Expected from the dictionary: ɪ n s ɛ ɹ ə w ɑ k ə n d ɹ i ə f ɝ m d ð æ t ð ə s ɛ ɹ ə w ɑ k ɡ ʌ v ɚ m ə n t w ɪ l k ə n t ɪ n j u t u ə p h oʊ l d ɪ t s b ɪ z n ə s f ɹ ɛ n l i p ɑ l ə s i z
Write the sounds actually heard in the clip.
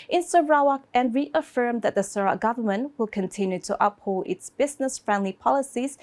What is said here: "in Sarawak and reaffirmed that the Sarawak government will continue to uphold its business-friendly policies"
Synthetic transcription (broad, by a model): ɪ n s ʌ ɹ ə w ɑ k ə n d ɹ i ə f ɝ m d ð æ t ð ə s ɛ ɹ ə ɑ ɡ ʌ v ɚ m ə n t w ɪ l k ə n t ɪ n j u t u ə p h oʊ l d ɪ t s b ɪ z n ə s f ɹ ɛ n l i p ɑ l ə s i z